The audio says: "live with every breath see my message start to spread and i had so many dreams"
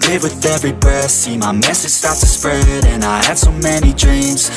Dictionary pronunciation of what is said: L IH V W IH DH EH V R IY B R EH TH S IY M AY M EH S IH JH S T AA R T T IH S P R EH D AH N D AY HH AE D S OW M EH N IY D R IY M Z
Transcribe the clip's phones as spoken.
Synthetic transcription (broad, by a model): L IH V W IH DH EH V R IY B AH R S IY M AY M EH S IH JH S T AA R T T IH S P R EH D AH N AY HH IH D S OW M EH N IY D R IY M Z